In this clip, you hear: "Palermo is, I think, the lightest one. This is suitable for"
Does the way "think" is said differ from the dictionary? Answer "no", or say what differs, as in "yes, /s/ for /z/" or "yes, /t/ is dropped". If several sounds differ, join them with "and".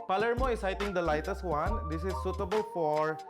yes, /t/ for /θ/